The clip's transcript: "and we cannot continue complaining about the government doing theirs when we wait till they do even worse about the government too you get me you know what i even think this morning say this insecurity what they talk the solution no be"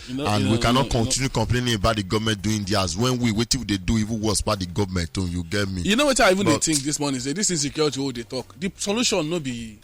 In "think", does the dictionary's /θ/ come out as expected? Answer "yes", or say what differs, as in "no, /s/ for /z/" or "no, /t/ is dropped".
no, /t/ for /θ/